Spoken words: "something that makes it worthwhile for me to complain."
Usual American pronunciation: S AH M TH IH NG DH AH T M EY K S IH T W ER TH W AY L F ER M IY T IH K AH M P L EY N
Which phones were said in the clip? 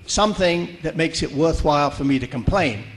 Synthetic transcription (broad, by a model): S AH M TH IH NG DH AH T M EY K S IH T W ER TH W AY L F ER M IY T IH K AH M P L EY N